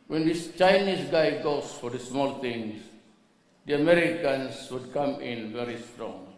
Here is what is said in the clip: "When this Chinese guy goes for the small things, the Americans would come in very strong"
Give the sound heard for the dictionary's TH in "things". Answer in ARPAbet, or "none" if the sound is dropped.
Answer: T